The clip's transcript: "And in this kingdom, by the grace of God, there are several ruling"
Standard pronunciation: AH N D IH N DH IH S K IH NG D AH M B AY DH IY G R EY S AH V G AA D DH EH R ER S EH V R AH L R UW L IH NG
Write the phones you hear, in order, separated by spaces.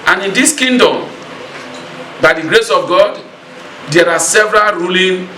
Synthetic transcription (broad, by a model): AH N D IH N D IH S K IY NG D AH M B AY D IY G R EY S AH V G AA D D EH R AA S EH V R AH L R UW L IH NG